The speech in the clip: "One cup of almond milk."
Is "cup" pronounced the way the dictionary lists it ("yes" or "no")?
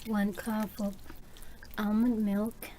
no